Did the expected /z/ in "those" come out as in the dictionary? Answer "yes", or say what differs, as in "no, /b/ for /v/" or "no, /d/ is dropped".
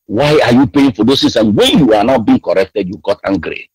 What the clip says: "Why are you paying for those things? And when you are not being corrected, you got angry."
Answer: no, /s/ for /z/